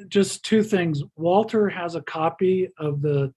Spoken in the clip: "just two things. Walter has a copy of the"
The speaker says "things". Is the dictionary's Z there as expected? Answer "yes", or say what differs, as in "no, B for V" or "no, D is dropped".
yes